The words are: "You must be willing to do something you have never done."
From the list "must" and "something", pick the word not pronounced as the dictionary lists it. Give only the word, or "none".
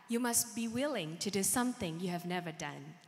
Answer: none